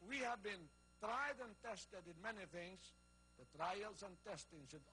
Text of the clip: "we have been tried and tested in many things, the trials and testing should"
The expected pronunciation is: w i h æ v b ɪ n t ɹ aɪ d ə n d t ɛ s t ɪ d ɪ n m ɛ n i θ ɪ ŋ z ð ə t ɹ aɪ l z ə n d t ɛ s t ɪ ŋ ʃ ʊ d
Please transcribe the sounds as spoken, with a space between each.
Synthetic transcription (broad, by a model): w i h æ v b ɪ n t ɹ aɪ d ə n t ɛ s t ɪ d ɪ n m ɛ n i θ ɪ ŋ z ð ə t ɹ aɪ l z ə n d t ɛ s t ɪ ŋ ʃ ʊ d